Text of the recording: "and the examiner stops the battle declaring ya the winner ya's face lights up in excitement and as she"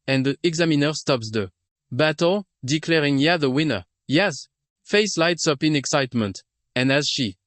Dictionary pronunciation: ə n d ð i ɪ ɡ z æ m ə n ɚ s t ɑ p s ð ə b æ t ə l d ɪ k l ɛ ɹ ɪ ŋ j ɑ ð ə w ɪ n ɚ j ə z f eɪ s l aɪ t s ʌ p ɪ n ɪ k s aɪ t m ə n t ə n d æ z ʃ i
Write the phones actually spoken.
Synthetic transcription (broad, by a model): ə n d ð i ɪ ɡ z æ m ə n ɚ s t ɑ p s ð ə b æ t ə l d ɪ k l ɛ ɹ ɪ ŋ j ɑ ð ə w ɪ n ɚ j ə s f eɪ s l aɪ t s ʌ p ɪ n ɪ k s aɪ t m ə n t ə n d æ z ʃ i